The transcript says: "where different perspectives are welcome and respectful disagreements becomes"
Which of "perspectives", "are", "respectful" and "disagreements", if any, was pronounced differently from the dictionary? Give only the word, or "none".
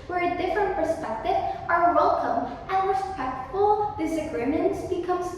perspectives